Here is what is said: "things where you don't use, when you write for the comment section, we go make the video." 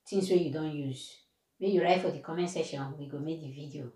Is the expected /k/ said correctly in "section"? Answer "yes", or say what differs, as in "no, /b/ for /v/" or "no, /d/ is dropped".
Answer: no, /k/ is dropped